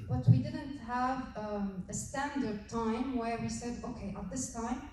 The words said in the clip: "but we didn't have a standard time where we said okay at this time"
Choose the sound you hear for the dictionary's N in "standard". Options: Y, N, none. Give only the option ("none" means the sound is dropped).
N